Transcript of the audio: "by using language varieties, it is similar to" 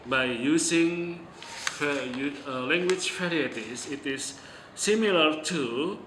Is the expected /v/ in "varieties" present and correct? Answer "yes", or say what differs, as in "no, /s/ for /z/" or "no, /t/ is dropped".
no, /f/ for /v/